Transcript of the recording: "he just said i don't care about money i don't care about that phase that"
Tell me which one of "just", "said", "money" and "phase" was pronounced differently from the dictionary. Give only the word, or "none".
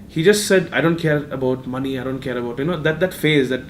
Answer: none